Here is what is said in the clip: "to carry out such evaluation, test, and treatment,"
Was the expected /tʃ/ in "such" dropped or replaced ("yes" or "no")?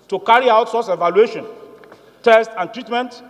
yes